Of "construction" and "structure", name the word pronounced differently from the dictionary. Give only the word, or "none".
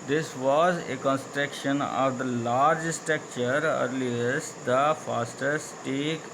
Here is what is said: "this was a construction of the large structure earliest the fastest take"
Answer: structure